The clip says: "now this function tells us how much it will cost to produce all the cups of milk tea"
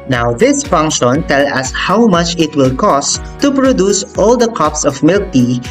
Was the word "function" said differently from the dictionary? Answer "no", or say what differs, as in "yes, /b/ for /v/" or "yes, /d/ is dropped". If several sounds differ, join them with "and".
no